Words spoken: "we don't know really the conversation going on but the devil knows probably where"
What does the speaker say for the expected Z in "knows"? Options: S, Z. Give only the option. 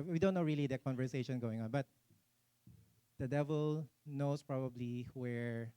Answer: S